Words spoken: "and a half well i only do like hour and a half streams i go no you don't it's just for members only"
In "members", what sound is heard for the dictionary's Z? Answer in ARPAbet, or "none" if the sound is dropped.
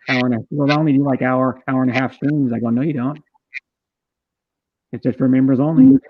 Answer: Z